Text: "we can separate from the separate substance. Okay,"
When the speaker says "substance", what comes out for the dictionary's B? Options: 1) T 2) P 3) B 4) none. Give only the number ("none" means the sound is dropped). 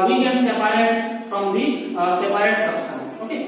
4